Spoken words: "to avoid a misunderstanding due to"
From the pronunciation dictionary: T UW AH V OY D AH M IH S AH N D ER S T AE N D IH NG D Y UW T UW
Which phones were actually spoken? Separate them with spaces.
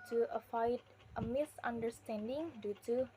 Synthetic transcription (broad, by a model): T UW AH F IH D AH M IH S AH N D ER S T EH N D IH NG D Y UW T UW